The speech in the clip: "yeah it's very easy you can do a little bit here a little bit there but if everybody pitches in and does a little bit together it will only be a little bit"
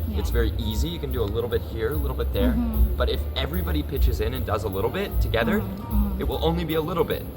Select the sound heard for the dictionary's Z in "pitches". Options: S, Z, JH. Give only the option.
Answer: Z